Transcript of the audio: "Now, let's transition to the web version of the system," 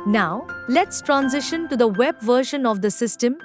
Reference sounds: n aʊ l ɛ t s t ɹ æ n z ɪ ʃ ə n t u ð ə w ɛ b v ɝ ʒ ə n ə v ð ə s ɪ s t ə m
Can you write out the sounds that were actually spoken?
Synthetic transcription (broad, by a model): n aʊ l ɛ t s t ɹ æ n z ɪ ʃ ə n t u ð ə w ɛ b v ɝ ʃ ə n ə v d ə s ɪ s t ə m